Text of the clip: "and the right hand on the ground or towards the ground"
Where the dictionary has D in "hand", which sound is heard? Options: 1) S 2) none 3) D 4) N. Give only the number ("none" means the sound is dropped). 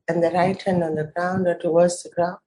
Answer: 2